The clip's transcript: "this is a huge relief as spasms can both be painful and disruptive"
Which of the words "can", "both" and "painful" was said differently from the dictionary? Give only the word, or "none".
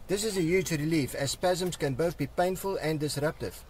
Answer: none